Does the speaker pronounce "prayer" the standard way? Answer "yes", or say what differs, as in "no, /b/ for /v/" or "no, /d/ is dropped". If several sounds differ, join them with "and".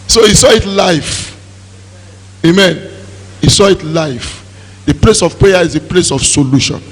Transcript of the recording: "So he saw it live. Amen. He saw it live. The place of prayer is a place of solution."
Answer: no, /ɹ/ is dropped